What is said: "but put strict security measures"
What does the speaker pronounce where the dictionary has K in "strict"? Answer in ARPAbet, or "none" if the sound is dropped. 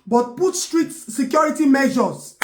none